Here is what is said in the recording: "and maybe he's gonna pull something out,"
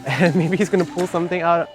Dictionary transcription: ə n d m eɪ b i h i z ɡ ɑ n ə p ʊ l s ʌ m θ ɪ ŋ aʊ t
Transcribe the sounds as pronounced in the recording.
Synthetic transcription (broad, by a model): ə n m eɪ b i h i z ɡ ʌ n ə p ʊ l s ʌ m θ ɪ ŋ aʊ t